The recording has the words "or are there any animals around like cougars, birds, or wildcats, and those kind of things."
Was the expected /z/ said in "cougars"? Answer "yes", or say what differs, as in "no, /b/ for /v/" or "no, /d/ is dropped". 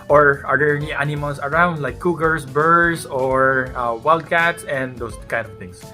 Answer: no, /s/ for /z/